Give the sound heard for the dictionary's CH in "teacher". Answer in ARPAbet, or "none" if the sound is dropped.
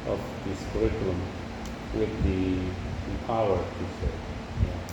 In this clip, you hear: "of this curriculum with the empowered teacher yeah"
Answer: S